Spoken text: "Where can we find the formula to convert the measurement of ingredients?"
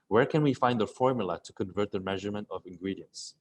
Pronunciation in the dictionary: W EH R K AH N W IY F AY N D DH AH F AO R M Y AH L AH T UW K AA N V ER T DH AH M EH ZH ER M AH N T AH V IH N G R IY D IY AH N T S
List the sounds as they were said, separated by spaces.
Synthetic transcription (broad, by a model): W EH R K AH N W IY F AY N D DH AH F AO R M Y AH L AH T UW K AA N V ER T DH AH M EH ZH ER M AH N T AH V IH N G R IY D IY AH N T S